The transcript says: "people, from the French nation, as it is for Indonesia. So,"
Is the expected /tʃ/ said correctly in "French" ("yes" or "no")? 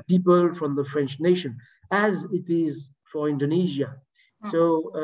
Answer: yes